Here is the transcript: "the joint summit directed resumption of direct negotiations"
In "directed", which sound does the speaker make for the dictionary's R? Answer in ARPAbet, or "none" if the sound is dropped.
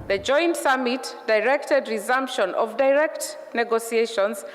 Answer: R